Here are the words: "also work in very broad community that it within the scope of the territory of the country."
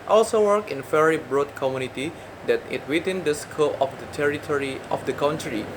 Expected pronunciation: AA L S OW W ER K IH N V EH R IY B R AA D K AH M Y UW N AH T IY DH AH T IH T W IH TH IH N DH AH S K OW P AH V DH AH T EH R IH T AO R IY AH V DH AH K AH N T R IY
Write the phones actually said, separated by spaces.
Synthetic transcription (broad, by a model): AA L S OW W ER K IH N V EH R IY B R AA D K AH M Y UW N AH T IY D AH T IH T W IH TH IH N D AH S K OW AH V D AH T EH R IH T AO R IY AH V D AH K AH N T R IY